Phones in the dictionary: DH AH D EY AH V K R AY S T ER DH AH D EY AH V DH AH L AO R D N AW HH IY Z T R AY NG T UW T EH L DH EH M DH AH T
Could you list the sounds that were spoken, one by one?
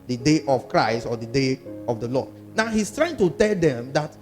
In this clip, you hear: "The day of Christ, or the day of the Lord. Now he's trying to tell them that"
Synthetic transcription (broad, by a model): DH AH D EY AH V K R AY S T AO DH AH D EY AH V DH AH L AO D N AW HH IY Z T R AY NG T UW T EH L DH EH M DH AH T